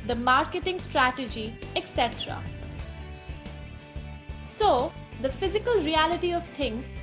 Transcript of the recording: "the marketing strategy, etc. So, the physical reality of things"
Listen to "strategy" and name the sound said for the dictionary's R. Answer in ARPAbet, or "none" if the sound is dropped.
R